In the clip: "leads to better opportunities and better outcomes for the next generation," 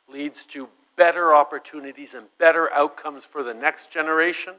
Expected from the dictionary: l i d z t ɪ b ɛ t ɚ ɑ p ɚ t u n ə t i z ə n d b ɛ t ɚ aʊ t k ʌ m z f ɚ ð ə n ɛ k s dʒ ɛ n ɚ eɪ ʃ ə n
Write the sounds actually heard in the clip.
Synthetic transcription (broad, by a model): l i d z t ɪ b ɛ t ɚ ɑ p ɚ t u n ə t i z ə n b ɛ t ɚ aʊ t k ʌ m z f ɚ ð ə n ɛ k s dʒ ɛ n ɚ eɪ ʃ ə n